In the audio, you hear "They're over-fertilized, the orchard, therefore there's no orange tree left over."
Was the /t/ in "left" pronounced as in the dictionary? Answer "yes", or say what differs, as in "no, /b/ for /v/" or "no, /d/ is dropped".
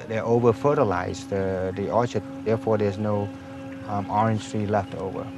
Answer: yes